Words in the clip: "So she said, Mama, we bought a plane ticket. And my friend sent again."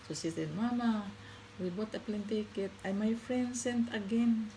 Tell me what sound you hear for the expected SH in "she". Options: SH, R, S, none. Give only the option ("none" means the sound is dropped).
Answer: S